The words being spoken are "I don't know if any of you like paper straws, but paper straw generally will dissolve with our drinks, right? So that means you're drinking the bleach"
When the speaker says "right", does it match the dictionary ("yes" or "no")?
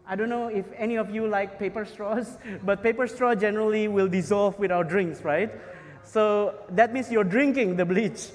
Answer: yes